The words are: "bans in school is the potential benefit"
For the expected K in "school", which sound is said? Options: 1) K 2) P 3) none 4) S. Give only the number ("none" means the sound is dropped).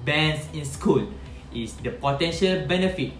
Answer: 1